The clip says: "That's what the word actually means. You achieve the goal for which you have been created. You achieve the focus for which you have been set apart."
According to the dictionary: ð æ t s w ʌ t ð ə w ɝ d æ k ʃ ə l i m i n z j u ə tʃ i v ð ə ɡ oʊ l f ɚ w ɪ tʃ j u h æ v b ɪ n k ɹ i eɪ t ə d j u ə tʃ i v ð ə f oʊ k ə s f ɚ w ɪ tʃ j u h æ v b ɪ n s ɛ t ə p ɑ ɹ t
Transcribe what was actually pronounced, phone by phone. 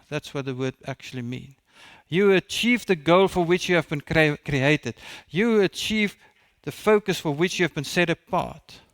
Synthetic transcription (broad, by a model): ð æ t s w ʌ t ð ə w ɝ d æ k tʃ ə l i m i n j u ə tʃ i v ð ə ɡ oʊ l f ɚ w ɪ tʃ j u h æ v b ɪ n k ɹ i eɪ t ə d j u ə tʃ i v ð ə f oʊ k ə s f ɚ w ɪ tʃ j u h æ v b ɪ n s ɛ t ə p ɑ ɹ t